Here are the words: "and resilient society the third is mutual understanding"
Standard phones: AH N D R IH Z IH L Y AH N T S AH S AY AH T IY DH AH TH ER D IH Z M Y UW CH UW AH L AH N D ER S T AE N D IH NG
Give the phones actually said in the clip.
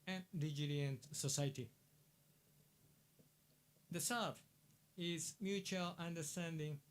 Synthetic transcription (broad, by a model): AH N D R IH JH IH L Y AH N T S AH S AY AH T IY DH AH S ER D IH Z M Y UW CH UW AH L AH N D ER S T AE N D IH NG